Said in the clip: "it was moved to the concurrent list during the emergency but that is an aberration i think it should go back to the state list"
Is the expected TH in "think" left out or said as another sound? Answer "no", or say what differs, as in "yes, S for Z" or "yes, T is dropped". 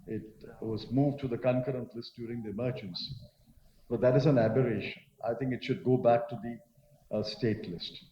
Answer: yes, T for TH